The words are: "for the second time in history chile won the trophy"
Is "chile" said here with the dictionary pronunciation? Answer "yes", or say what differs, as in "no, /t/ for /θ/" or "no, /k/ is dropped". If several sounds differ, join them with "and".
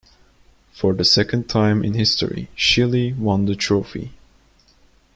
no, /ʃ/ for /tʃ/